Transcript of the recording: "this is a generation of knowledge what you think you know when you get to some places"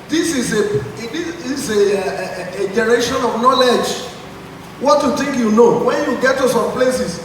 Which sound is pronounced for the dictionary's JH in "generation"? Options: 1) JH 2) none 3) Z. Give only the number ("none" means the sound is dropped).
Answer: 3